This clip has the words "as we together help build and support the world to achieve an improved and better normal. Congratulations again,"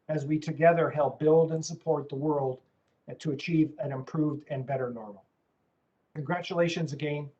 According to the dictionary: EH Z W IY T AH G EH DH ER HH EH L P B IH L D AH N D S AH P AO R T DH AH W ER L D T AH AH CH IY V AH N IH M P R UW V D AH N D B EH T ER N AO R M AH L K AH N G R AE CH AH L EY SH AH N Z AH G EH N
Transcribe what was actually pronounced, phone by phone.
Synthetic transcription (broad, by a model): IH Z W IY T AH G EH DH ER HH EH L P B IH L D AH N S AH P AO R T DH AH W ER L D T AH AH CH IY V AH N IH M P R UW V D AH N B EH T ER N AO R M L K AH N G R AE CH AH L EY SH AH N Z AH G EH N